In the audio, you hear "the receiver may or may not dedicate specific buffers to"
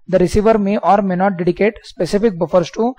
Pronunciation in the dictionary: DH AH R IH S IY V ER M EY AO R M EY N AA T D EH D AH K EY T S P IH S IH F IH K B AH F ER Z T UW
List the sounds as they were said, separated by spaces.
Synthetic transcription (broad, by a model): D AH R IH S IY V ER M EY AO R M EY N AA T D EH D AH K EY T S P IH S IH F IH K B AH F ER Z T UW